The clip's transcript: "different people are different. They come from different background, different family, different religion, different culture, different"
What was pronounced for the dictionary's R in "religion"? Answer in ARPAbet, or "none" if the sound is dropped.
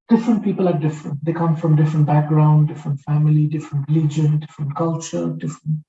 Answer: L